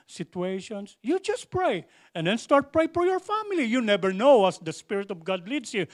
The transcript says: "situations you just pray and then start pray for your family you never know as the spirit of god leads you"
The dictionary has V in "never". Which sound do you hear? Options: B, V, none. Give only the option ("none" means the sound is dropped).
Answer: B